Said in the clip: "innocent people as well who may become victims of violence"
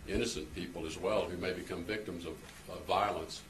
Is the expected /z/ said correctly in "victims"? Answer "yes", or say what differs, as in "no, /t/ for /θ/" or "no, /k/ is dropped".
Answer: yes